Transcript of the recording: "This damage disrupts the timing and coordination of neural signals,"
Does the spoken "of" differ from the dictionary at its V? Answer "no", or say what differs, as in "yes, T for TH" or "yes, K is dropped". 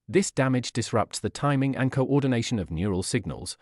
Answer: no